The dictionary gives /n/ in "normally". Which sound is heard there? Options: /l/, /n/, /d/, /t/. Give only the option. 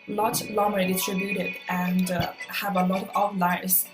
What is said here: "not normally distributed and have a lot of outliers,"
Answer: /l/